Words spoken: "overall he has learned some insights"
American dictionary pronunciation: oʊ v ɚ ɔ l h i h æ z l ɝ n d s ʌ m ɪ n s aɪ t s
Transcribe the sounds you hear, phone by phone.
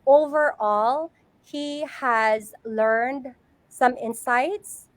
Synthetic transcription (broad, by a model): oʊ v ɚ ɔ l h i h æ z l ɝ n d s ʌ m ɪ n s aɪ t s